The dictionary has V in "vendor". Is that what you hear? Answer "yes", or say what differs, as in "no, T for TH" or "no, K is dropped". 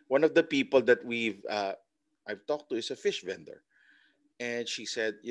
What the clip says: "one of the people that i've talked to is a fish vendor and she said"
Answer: yes